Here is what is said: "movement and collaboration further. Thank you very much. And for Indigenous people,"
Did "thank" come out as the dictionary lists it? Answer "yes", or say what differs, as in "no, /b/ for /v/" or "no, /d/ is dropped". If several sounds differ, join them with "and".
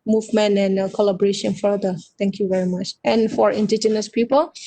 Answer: no, /t/ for /θ/